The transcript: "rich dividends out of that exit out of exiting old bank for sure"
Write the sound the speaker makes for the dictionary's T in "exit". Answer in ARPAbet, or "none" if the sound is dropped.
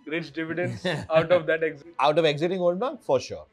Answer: none